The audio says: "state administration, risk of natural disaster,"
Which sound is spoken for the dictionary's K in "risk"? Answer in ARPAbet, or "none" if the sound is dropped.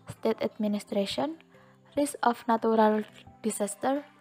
none